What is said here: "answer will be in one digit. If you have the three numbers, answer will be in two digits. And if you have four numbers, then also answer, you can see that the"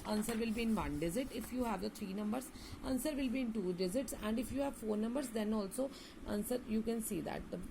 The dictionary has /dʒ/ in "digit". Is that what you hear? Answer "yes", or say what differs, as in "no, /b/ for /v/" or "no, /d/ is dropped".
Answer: no, /z/ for /dʒ/